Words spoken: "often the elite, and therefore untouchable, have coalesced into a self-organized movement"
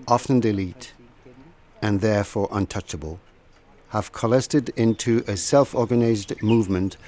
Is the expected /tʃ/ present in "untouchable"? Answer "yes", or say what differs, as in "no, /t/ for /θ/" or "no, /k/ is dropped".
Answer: yes